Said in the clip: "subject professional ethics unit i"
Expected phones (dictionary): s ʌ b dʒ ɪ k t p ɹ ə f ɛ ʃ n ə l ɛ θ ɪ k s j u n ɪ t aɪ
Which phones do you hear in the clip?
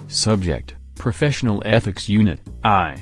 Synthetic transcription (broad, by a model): s ʌ b dʒ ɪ k t p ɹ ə f ɛ ʃ n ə l ɛ θ ɪ k s j u n ɪ t aɪ